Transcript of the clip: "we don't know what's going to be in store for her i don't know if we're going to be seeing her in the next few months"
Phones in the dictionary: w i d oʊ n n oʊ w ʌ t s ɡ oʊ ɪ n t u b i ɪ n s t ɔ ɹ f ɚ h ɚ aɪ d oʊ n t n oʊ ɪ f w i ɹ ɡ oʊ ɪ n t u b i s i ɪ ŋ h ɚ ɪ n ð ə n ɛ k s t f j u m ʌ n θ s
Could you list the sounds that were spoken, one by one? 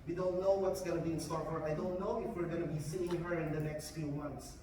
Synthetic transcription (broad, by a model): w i d oʊ n n oʊ w ʌ t s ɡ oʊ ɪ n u b i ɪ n s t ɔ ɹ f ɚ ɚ aɪ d oʊ n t n oʊ ɪ f w i ɹ ɡ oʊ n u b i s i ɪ ŋ h ɚ ɪ n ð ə n ɛ k s t f j u m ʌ n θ s